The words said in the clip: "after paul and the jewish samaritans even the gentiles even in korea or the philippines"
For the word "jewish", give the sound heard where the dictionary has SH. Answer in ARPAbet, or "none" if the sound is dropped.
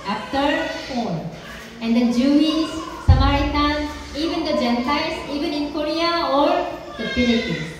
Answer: S